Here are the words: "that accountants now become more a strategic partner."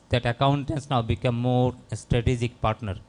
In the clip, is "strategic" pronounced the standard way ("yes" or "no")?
yes